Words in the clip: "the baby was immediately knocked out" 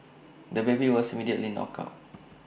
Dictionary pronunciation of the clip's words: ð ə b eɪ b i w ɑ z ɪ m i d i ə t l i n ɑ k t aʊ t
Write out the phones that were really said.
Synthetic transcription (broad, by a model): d ə b eɪ b i w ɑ s ɪ m i d i ə t l i n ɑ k aʊ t